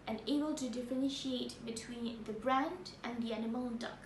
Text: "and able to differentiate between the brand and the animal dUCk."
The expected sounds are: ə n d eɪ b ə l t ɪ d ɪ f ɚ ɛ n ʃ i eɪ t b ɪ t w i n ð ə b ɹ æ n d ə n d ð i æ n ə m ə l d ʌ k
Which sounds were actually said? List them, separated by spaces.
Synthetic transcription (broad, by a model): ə n eɪ b ə l t ɪ d ɪ f ɚ ɛ n ʃ i eɪ t b ɪ t w i n ð ə b ɹ æ n d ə n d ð i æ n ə m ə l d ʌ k